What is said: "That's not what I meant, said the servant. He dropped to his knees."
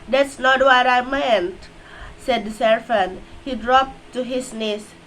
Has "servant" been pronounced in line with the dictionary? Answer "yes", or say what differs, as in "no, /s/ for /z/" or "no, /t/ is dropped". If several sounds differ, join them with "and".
no, /f/ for /v/